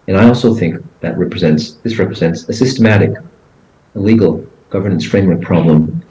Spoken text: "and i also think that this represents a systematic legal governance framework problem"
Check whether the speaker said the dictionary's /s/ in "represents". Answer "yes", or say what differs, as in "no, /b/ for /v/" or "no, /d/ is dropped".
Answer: yes